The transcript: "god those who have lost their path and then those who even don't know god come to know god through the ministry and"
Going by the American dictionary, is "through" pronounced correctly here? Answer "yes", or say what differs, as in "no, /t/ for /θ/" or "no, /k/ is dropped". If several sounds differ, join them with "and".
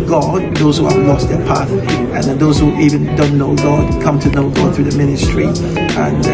yes